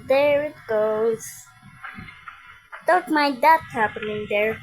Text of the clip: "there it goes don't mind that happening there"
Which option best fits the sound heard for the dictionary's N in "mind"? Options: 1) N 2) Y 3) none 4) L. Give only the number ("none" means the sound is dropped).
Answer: 3